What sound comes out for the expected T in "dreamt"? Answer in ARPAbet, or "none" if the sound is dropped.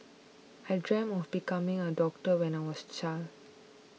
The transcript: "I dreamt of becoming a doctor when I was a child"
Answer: none